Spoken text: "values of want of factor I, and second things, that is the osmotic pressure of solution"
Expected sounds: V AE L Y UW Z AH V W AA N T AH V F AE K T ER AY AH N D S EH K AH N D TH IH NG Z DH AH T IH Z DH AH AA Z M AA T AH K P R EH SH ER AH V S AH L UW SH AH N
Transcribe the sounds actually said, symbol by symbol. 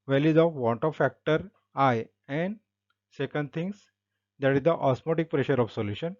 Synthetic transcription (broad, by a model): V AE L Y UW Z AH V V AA N T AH F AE K T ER AY AH N D S EH K AH N D T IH NG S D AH T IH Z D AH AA S M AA T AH K P R EH SH ER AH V S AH L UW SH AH N